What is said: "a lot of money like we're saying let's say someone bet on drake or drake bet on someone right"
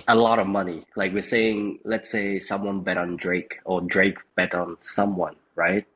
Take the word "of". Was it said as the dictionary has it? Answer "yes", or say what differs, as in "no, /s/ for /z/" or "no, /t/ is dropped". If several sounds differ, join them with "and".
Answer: yes